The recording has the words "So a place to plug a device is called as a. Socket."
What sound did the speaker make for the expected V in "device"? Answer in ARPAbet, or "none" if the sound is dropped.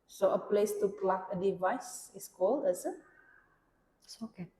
V